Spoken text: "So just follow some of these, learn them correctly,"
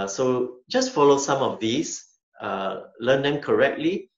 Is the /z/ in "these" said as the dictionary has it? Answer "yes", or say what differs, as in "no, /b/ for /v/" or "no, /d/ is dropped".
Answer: no, /s/ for /z/